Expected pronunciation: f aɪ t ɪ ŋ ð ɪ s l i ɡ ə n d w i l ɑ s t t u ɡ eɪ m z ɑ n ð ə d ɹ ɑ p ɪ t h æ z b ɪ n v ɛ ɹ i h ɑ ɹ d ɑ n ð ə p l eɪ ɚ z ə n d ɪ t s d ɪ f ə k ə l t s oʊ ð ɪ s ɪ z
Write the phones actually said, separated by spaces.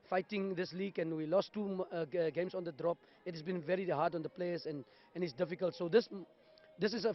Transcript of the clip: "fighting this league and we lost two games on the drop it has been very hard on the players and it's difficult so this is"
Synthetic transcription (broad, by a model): f aɪ t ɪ ŋ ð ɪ s l i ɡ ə n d w i l ɑ s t t u ɡ eɪ m s ɑ n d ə d ɹ ɑ p ɪ t h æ s b ɪ n v ɛ ɹ i h ɑ d ɑ n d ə p l eɪ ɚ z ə n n ɪ t s d ɪ f ə k ə l t s oʊ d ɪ s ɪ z